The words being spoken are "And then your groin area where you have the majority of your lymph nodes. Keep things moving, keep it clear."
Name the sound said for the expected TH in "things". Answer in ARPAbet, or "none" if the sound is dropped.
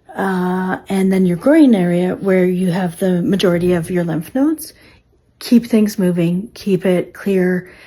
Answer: TH